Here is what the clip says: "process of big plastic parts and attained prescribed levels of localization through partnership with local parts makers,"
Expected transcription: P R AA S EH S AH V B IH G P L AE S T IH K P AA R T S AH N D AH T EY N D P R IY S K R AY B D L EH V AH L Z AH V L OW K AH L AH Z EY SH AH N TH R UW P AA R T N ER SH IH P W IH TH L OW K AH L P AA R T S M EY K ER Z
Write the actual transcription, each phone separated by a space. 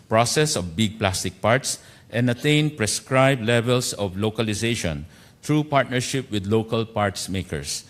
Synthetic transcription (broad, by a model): P R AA S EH S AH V B IH G P L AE S T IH K P AA R T S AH N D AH T EY N P R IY S K R AY B L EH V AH L S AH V L OW K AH L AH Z EY SH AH N T R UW P AA R T N ER SH IH P W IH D L OW K AH L P AA R T S M EY K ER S